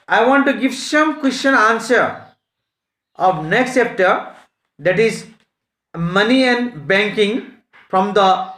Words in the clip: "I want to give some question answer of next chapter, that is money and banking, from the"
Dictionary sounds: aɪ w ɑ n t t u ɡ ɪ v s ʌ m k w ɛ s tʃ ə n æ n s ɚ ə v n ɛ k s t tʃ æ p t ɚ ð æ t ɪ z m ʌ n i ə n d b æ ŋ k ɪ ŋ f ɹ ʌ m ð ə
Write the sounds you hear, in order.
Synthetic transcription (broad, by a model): aɪ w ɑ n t t u ɡ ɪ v s ʌ m k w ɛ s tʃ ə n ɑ n s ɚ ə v n ɛ k s t s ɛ p t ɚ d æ t ɪ z m ʌ n i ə n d b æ ŋ k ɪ ŋ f ɹ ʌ m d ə